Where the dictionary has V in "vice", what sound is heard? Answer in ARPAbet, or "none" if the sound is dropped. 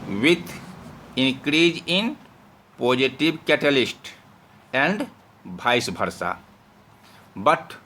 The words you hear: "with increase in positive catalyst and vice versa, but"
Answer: B